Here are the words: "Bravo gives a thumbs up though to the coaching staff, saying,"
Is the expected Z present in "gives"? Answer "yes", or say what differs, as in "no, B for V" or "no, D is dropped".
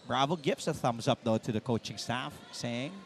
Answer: no, S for Z